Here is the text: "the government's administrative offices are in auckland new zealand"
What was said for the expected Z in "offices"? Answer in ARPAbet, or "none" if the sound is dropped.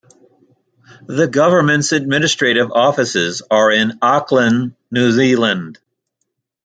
Z